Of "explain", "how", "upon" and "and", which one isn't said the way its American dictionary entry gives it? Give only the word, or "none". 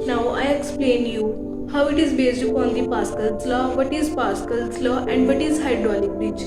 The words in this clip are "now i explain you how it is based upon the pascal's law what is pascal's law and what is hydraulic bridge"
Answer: upon